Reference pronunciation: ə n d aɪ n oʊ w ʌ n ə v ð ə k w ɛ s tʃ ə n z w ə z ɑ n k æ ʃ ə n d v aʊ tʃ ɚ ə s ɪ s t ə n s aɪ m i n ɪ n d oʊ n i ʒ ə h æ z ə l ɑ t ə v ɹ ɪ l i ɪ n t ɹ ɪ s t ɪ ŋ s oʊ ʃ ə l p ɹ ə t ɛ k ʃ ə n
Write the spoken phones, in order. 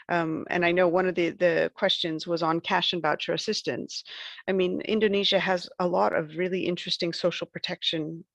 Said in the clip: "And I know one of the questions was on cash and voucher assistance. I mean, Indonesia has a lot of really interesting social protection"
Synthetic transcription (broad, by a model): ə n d aɪ n oʊ w ʌ n ə v ð ə k w ɛ s tʃ ə n z w ə z n k æ ʃ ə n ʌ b aʊ tʃ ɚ ə s ɪ s t ə n s aɪ m i n ɪ n d oʊ n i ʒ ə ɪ z ə l ɑ t ə v ɹ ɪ l i ɪ n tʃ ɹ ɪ s t ɪ ŋ s oʊ ʃ l p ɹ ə t ɛ k ʃ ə n